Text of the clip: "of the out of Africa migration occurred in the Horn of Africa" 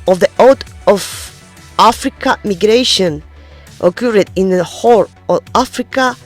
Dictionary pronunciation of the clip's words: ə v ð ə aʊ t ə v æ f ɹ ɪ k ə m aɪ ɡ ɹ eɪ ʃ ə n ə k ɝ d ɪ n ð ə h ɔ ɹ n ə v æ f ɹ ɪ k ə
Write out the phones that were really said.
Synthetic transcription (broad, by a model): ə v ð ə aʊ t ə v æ f ɹ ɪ k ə m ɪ ɡ ɹ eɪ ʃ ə n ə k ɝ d ɪ n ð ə h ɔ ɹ ə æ f ɹ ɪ k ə